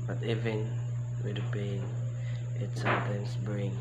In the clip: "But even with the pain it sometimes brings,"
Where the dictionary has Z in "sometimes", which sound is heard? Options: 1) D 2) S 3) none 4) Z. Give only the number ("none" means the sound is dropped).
2